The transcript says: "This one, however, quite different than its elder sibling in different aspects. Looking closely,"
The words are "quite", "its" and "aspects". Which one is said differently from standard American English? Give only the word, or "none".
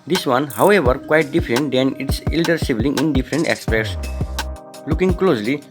aspects